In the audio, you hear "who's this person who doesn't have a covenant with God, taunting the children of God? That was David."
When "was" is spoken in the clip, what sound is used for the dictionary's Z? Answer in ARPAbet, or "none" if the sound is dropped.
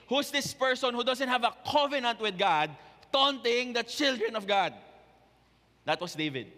S